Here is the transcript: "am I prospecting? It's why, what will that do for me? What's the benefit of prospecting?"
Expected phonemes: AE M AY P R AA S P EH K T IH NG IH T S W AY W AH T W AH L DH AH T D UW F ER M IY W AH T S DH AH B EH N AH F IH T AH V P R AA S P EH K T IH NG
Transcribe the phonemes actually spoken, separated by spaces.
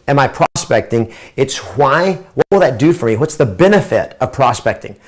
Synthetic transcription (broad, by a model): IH M AY P R AA S P EH K T IH NG IH T S W AY W AH T W AH L DH AH T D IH F ER M IY W AH T S DH AH B EH N AH F IH T AH V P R AA S P EH K T IH NG